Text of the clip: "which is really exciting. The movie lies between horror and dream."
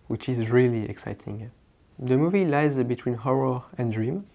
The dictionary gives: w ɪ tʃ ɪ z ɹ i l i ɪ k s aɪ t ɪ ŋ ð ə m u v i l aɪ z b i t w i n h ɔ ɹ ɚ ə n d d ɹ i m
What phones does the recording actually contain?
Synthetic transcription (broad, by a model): w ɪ tʃ ɪ z ɹ i l i ɪ k s aɪ t ɪ ŋ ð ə m u v i l aɪ z b i t w i n h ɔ ɹ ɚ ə n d d ɹ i m